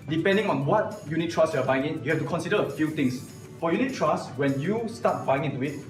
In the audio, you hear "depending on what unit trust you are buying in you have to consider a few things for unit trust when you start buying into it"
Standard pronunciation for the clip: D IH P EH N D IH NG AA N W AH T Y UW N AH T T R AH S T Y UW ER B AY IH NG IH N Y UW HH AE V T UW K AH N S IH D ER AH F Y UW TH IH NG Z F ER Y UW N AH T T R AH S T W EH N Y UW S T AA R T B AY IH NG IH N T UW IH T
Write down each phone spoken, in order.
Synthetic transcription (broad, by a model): D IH P EH N D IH NG AA N W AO T Y UW N AH T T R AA S Y UW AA B AY IH NG IH N Y UW HH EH F T UW K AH N S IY D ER AH F Y UW T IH NG S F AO Y UW N AH T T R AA S W EH N Y UW S T AA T B AY IH NG IH N T UW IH T